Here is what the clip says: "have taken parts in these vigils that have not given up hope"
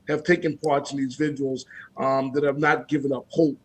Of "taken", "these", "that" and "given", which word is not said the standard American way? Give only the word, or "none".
none